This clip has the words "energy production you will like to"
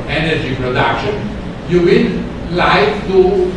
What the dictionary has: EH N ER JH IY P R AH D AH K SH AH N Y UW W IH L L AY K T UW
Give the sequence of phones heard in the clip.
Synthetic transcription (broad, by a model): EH N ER JH IY P R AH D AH K SH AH N Y UW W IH N L AY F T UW